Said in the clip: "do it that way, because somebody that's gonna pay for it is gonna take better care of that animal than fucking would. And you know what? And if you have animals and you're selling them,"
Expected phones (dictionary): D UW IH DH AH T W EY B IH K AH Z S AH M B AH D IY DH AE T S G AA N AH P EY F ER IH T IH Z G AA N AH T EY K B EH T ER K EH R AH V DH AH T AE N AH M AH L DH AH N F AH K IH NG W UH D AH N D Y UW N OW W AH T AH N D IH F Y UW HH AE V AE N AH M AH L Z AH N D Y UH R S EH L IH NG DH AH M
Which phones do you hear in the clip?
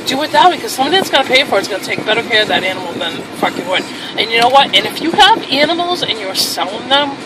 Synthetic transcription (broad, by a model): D IH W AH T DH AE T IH K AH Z S AH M AH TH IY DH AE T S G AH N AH P EY F ER IH T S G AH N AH T EY K B EH T ER K EH R DH AH T AE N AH M L DH AH N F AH K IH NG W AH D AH N Y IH N OW W AH T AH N IH F Y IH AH V AE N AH M L Z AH N Y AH R S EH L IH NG DH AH M